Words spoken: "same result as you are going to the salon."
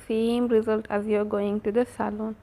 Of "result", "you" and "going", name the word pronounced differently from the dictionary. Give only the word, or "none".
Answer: none